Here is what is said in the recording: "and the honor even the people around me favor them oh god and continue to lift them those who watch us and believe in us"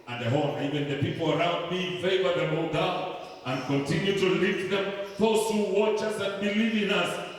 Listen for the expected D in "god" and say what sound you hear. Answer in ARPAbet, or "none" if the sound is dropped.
none